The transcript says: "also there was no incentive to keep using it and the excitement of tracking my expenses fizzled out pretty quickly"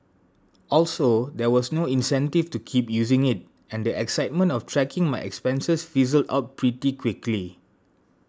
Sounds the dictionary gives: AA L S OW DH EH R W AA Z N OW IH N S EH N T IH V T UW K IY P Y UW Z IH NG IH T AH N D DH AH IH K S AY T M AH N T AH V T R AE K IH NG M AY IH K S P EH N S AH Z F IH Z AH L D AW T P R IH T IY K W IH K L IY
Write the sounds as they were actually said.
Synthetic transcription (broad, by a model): AA L S OW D EH W AA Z N OW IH N S EH N T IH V T UW K IY P Y UW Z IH NG IH T AH N D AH IH K S AY T M AH N T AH F T R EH K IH NG M AY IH K S P EH N S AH S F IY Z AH L D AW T P R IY T IY K W IH K L IY